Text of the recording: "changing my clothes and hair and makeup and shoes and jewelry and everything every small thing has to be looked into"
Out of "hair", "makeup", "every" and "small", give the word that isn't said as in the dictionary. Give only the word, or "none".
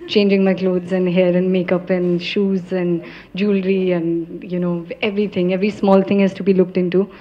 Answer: none